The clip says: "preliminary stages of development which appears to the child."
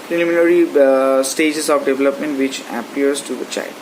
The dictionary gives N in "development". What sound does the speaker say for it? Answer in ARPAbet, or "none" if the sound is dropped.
N